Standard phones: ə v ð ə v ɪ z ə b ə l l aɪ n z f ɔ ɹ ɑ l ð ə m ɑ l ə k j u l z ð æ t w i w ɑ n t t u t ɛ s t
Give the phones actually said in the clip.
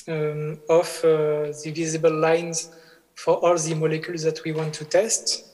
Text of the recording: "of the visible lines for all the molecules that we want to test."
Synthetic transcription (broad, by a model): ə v ð ə v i z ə b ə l l aɪ n z f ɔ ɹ ɑ l ð ə m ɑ l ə k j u l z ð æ t w i w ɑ n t t u t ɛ s t